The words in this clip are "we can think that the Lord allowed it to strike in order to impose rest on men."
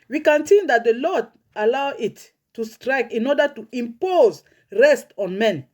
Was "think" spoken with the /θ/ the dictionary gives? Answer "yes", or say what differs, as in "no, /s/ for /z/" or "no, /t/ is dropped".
no, /s/ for /θ/